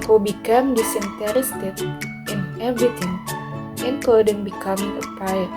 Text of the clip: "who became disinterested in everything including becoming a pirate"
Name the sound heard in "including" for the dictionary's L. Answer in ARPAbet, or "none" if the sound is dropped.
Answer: none